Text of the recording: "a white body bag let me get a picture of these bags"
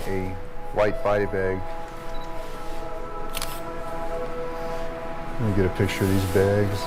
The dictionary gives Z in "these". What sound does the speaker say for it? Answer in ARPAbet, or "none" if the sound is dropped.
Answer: Z